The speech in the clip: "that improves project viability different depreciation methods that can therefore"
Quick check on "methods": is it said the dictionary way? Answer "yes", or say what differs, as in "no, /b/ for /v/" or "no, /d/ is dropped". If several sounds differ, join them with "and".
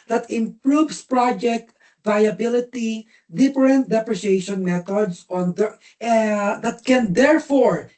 no, /t/ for /θ/